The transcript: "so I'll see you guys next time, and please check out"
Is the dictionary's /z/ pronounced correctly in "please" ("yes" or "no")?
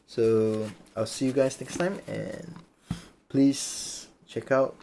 no